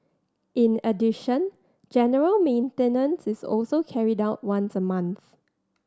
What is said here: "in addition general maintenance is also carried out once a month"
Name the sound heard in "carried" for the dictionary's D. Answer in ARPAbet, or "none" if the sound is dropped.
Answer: D